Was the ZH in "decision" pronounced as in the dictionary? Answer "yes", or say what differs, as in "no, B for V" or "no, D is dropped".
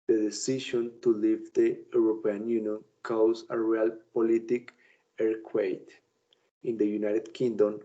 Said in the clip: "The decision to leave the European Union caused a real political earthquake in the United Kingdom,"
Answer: no, SH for ZH